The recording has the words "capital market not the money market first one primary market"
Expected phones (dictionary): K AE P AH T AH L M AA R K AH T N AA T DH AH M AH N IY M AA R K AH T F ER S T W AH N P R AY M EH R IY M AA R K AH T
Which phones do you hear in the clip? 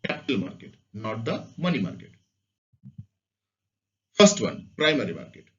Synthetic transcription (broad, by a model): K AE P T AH L M AA R K AH T N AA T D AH M AH N IY M AA R K AH T P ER S T W AH N P R AY M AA R IY M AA R K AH T